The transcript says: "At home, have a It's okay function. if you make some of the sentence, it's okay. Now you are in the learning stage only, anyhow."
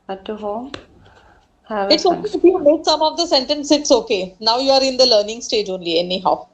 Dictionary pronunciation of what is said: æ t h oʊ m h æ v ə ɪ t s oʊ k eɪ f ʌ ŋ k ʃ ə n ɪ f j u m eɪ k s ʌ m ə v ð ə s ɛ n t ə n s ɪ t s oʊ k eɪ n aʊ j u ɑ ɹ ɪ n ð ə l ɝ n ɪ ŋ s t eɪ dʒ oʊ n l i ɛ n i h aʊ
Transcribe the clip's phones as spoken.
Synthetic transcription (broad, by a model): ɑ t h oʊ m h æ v ɪ t s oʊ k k ə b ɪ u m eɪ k s ʌ m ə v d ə s ɛ n t ə n s ɪ t s oʊ k eɪ n aʊ j u ɑ ɹ ɪ n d ə l ɝ n ɪ ŋ s t eɪ dʒ oʊ n l i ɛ n i h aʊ